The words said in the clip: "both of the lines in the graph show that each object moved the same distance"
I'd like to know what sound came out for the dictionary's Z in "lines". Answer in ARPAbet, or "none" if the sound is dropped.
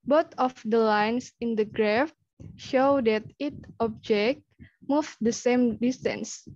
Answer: S